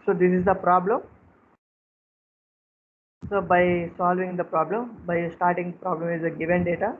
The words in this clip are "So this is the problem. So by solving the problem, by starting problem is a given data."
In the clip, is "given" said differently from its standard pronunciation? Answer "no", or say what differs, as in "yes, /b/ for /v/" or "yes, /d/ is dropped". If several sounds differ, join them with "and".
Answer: no